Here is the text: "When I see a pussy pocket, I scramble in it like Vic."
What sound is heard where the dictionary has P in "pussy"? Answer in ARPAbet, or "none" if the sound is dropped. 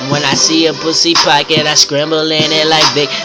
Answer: B